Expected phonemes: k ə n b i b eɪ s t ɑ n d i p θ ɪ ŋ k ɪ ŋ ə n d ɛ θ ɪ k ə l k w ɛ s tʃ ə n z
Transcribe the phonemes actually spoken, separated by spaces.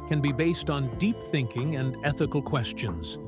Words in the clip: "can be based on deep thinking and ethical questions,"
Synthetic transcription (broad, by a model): k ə n b i b eɪ s t n d i p θ ɪ ŋ k ɪ ŋ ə n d ɛ θ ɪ k l k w ɛ s tʃ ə n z